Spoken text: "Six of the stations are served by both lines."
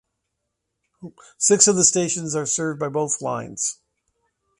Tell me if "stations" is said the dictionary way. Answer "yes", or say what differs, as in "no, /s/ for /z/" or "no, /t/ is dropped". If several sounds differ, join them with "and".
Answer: yes